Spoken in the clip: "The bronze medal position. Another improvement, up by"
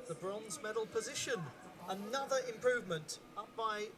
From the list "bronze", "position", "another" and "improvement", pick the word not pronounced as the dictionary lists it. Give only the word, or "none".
none